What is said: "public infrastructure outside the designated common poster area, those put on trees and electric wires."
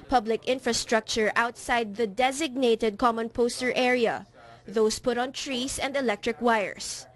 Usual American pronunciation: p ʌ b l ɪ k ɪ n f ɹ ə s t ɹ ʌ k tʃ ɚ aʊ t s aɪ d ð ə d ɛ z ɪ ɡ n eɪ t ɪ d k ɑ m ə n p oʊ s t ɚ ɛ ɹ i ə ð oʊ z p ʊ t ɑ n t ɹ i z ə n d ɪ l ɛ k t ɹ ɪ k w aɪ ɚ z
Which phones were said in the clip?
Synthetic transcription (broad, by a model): p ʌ b l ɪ k ɪ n f ɹ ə s t ɹ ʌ k tʃ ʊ aʊ t s aɪ d ð ə d ɛ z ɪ ɡ n eɪ t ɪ d k ɑ m ə n p oʊ s t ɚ ɛ ɹ i ə ð oʊ s p ʊ t ɑ n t ɹ i s ə n d ɪ l ɛ k t ɹ ɪ k w aɪ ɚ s